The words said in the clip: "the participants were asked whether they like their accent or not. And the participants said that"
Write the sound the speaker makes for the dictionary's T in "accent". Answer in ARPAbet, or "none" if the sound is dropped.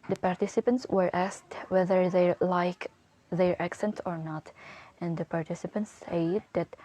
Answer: T